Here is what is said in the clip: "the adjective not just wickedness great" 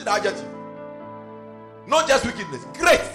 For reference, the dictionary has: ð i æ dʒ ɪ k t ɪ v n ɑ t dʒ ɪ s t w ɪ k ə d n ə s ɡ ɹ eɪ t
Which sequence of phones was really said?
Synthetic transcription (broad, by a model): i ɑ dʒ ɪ t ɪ n ɑ t dʒ ɪ s t w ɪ k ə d n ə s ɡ ɹ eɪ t